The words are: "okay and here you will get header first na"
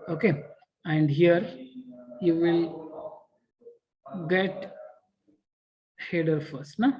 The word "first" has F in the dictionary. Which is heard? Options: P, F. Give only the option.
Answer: F